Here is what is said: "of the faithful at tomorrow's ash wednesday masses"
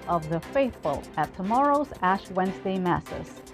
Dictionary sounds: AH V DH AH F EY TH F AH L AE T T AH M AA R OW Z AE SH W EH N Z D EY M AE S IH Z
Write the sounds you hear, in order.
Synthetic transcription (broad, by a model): AH V DH AH F EY TH F AH L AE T T AH M AA R OW Z AE SH W EH N Z D EY M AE S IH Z